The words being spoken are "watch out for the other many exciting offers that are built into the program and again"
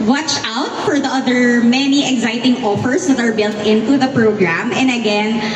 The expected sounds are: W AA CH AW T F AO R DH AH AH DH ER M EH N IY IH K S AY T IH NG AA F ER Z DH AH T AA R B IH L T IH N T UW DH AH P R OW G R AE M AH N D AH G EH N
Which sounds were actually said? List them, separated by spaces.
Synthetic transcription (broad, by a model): W AA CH AW T F AO R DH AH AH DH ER M EH N IY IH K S AY T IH NG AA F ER S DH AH T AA R B IH L T IH N T UW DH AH P R OW G R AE M AH N D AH G EH N